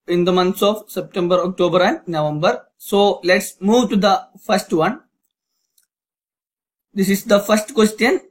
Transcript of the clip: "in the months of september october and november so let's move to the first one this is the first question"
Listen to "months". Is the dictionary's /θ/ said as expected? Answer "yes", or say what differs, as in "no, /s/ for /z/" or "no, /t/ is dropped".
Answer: no, /t/ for /θ/